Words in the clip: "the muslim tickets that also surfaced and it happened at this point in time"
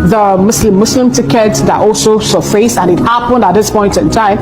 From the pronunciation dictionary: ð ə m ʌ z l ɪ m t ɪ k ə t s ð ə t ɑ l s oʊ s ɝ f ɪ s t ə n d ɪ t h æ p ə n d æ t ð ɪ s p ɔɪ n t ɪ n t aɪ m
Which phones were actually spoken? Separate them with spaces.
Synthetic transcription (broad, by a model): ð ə m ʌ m l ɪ m t ɪ k ə t s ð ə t ɑ l s oʊ s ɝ f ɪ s ə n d ɪ t h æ p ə n d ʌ t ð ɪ s p ɔɪ n t ɪ n t aɪ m